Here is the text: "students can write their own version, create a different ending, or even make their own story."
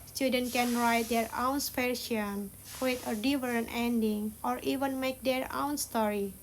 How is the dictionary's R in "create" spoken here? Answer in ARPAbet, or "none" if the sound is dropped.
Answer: none